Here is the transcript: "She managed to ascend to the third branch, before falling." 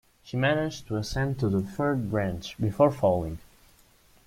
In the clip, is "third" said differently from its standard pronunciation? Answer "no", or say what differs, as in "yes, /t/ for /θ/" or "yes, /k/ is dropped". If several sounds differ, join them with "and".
yes, /f/ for /θ/